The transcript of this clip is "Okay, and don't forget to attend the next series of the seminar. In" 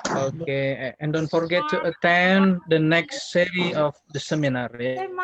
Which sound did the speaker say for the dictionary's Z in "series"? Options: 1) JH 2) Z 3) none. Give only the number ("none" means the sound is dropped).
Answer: 3